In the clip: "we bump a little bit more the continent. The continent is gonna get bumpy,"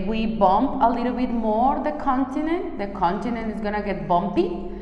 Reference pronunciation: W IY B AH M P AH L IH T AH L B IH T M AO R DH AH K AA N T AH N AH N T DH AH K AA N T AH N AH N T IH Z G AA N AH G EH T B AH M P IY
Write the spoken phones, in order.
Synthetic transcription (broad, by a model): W IY B AH M P AH L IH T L B IH T M AO R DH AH K AA N T AH N AH N T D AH K AA N T AH N AH N T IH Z G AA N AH G EH T B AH M P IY